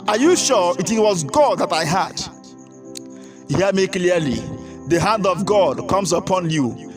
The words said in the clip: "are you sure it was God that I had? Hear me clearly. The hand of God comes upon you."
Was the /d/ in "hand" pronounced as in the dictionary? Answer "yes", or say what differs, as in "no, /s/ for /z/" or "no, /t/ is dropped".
yes